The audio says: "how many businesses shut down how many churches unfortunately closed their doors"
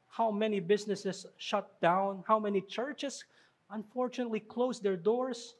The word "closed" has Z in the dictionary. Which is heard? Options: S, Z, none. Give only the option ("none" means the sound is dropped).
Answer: S